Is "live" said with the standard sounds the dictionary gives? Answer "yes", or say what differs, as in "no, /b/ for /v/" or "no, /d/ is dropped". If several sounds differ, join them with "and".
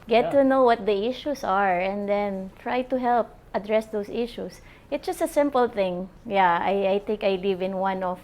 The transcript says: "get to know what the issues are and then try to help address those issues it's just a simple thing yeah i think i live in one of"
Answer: yes